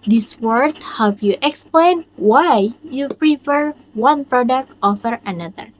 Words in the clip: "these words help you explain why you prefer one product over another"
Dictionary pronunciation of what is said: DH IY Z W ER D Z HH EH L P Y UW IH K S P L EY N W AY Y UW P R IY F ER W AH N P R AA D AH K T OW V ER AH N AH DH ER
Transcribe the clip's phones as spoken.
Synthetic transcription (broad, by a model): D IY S W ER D HH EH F Y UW IH K S P L EY N W AY Y UW P R IY F ER W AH N P R AA D AH K T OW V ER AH N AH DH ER